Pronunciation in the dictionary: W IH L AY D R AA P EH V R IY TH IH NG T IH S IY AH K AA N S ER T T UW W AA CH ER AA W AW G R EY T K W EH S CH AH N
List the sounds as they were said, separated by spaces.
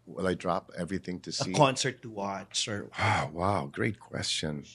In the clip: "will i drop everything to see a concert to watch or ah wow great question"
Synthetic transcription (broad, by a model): W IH L AY D R AA P EH V R IY TH IH NG T IH S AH AH K AA N S ER T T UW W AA S ER AA W AW G R EY T K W EH S CH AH N